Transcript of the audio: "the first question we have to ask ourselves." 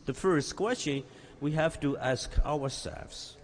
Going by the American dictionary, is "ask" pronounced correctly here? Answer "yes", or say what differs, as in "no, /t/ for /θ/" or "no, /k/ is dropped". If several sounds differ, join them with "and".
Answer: yes